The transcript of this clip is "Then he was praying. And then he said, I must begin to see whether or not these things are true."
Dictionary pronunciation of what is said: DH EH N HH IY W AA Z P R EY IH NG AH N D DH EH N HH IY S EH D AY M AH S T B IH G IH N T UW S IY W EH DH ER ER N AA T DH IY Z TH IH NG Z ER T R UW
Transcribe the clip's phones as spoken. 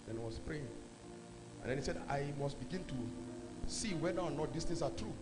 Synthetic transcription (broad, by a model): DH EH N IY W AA S P R EY IH NG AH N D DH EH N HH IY S EH D AY M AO S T B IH G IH N T UW S IY W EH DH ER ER N AA T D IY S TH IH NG S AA T R UW